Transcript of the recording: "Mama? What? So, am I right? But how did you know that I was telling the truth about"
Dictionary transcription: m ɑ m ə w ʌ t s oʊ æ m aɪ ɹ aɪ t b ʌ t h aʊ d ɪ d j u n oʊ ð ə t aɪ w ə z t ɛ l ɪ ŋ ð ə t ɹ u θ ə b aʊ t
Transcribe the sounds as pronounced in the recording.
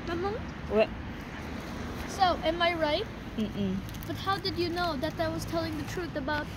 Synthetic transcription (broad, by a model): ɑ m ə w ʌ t s oʊ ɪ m aɪ ɹ aɪ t b ʌ t h aʊ d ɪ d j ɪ n oʊ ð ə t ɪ w ə z t ɛ l ɪ ŋ ð ə t ɹ u θ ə b aʊ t